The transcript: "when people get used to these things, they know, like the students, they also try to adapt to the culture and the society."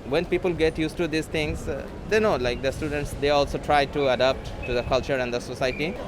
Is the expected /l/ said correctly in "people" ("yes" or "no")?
yes